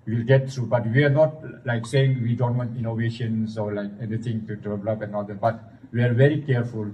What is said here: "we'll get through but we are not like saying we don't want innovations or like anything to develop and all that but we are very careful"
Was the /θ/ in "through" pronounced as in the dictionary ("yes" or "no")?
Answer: no